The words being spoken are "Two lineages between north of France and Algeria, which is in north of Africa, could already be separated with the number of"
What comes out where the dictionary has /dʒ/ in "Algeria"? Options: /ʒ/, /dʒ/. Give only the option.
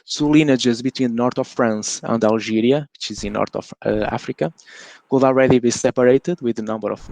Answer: /ʒ/